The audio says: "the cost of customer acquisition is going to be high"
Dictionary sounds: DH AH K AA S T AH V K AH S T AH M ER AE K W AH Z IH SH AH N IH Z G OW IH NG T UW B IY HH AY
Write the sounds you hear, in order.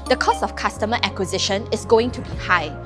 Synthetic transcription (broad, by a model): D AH K AA S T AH F K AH S T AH M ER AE K W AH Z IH SH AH N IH S G OW IH NG T UW B IY HH AY